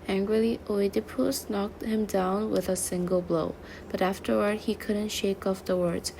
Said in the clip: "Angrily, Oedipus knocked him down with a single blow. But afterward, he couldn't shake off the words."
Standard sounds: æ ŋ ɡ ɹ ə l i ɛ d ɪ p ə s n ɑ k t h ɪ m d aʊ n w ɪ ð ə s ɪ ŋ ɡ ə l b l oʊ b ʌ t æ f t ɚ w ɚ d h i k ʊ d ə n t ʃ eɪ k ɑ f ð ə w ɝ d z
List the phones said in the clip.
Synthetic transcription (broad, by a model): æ ŋ ɡ ɹ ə l i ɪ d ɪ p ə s n ɑ k t h ɪ m d aʊ n w ɪ ð ə s ɪ ŋ ɡ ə l b l oʊ b ʌ t æ f t ɚ w ɚ d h i k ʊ d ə n t ʃ eɪ k ɑ f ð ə w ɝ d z